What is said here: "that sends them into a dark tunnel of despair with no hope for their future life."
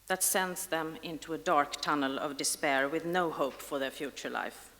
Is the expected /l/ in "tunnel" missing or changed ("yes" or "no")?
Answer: no